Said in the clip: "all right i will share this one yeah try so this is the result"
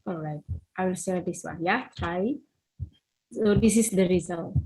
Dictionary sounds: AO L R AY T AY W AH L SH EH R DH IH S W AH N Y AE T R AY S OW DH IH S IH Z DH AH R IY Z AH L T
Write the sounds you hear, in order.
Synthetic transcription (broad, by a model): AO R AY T AY W AH L S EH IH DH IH S W AH N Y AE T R AY S OW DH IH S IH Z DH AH R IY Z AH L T